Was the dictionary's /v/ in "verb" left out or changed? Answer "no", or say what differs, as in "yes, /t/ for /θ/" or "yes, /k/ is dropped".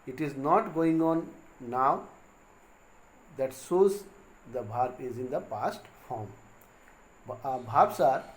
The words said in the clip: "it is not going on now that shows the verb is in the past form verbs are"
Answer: yes, /b/ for /v/